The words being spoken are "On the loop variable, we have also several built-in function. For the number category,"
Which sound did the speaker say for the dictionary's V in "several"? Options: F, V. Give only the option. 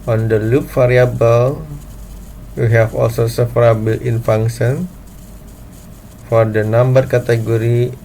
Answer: F